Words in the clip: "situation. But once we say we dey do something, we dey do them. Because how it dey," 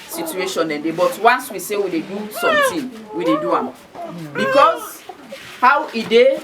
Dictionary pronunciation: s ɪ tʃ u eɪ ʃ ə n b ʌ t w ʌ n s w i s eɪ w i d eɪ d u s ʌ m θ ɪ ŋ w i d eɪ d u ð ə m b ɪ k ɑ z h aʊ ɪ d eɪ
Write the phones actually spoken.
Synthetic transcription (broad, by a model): s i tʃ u eɪ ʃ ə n b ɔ t w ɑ n s w i s eɪ w i d eɪ d u s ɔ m t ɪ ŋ w i d eɪ d u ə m b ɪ k ɑ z h aʊ ɪ d eɪ